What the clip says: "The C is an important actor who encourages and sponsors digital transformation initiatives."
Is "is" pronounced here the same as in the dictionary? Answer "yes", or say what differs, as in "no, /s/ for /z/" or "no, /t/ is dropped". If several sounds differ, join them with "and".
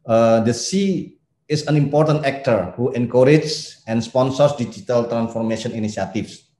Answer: no, /s/ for /z/